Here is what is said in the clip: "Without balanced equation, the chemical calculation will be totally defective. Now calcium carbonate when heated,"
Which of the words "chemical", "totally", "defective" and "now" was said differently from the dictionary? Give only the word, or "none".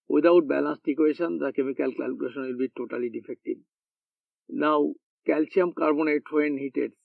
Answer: defective